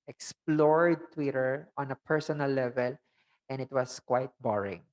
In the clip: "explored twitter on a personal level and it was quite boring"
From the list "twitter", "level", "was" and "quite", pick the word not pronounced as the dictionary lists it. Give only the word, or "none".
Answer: was